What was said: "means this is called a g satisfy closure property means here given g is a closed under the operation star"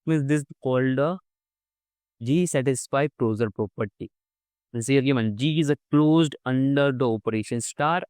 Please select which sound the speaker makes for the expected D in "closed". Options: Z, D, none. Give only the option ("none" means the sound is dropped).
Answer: D